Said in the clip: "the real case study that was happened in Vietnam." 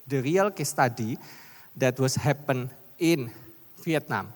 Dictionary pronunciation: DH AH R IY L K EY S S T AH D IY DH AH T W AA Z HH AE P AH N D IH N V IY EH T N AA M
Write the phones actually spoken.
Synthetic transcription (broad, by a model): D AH R IY L K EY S S T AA D IY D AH T W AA S HH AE P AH N IH N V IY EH T N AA M